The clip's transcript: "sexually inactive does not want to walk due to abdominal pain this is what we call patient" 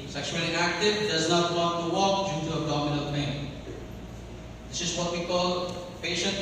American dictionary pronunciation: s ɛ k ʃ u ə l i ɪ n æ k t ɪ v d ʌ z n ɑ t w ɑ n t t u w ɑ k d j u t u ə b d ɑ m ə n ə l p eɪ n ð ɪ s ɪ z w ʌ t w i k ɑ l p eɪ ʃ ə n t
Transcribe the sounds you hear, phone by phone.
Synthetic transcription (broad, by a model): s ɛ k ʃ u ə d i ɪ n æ k t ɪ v d ʌ z n ɑ t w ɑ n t t u w ɑ k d j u t u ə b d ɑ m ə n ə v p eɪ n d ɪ s ɪ z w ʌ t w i k ɑ l p eɪ ʃ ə n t